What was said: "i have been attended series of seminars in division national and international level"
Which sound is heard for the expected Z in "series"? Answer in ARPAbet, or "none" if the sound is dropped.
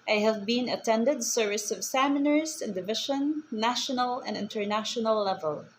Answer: S